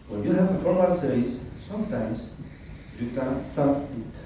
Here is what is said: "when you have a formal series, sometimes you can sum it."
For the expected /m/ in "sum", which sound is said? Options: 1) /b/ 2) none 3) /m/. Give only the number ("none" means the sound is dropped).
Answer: 2